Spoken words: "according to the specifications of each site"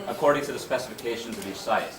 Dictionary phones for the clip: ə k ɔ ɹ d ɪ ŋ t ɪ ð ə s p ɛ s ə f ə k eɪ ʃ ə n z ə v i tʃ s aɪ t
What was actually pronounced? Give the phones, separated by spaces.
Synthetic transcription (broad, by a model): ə k ɔ ɹ d ɪ ŋ t ɪ ð ə s p ɛ s ə f ə k eɪ ʃ ə n z ə v i tʃ s aɪ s